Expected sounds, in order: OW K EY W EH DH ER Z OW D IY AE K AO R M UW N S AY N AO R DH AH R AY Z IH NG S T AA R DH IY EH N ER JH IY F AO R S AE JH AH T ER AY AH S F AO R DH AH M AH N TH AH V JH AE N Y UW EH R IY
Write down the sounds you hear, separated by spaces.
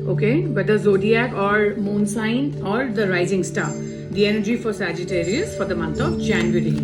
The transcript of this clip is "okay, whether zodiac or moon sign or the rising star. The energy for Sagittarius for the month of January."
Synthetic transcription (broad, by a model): OW K EY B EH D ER Z OW D IY AE K AO R M UW N S AY N AO R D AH R AY Z IH NG S T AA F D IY EH N ER JH IY F AO R S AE JH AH T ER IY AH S F AO R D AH M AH N T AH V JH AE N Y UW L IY